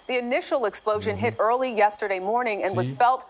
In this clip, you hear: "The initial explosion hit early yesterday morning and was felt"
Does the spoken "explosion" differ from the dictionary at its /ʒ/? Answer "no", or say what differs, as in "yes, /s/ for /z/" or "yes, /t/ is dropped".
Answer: no